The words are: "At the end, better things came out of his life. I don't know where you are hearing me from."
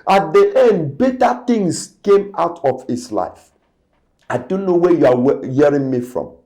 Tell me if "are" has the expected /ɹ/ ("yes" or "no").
no